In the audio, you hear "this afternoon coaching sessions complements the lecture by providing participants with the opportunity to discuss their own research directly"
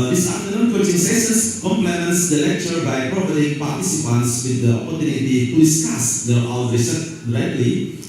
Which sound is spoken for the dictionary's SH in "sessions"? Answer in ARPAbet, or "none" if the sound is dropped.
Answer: S